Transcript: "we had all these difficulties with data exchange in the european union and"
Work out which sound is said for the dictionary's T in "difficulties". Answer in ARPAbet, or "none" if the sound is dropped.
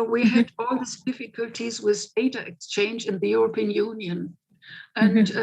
T